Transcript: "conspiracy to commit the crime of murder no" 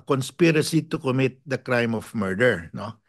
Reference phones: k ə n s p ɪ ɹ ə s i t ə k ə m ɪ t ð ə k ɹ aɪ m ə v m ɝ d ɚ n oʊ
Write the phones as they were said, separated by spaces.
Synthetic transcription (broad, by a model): k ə n s p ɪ ɹ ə s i t ə k ə m ɪ t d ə k ɹ aɪ m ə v m ɝ d ɚ n oʊ